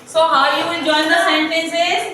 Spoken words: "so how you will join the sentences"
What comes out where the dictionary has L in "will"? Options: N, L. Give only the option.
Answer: N